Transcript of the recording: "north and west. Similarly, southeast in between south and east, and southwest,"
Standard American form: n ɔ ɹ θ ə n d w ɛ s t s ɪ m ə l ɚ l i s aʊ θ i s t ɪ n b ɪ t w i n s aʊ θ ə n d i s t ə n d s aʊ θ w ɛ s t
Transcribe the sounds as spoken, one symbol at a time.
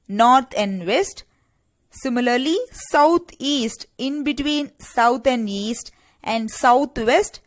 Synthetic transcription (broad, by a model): n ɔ ɹ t ə n d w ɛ s t s ɪ m ə l ɚ l i s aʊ t i s t ɪ n b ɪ t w i n s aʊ t ə n d i s t ə n d s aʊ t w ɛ s t